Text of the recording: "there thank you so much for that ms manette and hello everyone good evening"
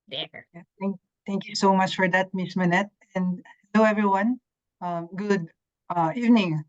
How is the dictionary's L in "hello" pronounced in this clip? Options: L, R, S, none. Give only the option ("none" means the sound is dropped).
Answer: none